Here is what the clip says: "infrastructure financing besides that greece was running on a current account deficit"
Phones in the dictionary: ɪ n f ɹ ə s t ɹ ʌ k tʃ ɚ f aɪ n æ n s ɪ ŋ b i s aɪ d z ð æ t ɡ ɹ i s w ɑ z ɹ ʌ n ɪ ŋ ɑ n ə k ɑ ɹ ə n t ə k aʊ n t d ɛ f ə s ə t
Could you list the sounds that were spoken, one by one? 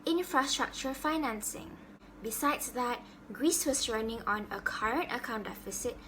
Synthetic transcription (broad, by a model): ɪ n f ɹ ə s t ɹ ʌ k tʃ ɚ f aɪ n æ n s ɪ ŋ b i s aɪ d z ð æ t ɡ ɹ i s w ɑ s ɹ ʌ n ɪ ŋ ɑ n ə k ɑ ɹ ə n t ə k aʊ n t d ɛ f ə s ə t